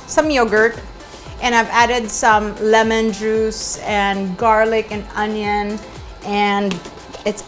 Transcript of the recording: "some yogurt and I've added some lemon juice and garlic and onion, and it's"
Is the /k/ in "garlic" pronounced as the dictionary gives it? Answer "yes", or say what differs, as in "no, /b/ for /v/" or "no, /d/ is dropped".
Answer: yes